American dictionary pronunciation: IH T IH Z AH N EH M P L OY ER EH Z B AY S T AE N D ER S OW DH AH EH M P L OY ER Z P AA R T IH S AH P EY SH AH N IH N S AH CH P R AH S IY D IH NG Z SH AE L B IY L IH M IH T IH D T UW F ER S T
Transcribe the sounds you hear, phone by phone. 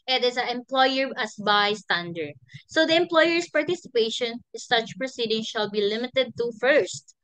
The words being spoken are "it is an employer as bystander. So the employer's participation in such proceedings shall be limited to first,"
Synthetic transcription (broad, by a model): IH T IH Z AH EH M P L OY ER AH S B AY S T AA N D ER S OW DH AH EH M P L OY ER S P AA R T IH S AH P EY AH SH IH N S AH CH P R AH S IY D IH NG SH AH L B IY L IH M IH T IH D T UW F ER S T